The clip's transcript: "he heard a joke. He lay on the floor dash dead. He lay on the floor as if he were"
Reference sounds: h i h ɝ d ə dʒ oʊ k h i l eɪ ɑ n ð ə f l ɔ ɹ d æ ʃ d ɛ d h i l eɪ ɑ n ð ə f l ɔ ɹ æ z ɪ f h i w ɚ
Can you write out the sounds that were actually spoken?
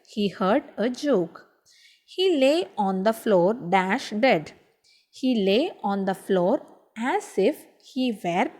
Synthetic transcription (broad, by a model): h i h ɝ d ə dʒ oʊ k h i l eɪ ɑ n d ə f l ɔ ɹ d æ ʃ d ɛ d h i l eɪ ɑ n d ə f l ɔ ɹ æ z ɪ f h i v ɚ